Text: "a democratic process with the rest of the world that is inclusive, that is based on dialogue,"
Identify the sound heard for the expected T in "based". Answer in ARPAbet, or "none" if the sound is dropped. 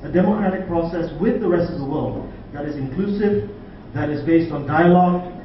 T